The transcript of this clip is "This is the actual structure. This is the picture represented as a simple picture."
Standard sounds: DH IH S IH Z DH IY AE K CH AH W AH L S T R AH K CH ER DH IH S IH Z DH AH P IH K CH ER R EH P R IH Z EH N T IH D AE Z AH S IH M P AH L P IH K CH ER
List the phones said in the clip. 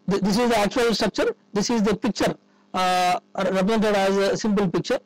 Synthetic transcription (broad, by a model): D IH S IH Z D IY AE K CH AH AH L S T R AH K CH ER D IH S IH Z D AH P IH K CH ER R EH P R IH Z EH N T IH D AE Z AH S IH M P AH L P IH K CH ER